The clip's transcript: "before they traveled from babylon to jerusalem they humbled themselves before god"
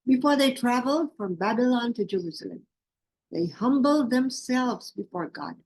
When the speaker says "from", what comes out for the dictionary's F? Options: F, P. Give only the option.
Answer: F